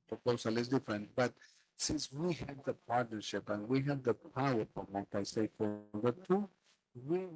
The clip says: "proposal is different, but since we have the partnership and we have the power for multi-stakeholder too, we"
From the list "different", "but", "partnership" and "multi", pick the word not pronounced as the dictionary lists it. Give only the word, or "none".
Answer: multi